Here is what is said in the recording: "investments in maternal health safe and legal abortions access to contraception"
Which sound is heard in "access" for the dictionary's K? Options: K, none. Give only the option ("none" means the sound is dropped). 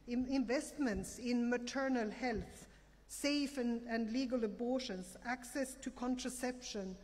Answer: K